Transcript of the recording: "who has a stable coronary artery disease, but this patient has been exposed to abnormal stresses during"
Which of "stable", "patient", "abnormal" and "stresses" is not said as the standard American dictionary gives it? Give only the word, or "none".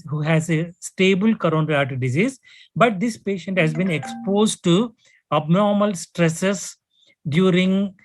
stresses